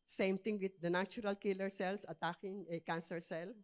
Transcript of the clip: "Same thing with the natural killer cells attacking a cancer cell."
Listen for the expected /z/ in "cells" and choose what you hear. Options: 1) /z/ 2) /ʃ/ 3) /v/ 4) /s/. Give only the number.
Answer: 4